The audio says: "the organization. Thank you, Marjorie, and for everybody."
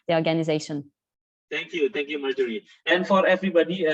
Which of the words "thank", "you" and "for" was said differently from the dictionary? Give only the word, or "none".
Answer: thank